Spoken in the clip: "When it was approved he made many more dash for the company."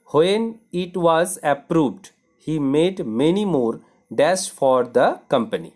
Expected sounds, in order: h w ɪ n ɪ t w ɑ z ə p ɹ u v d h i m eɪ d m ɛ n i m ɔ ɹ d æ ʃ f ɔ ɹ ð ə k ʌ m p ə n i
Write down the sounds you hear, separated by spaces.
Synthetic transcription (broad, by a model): h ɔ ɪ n ɪ t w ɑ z ə p ɹ u v d h i m eɪ d m ɛ n i m ɔ ɹ d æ s f ɔ ɹ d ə k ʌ m p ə n i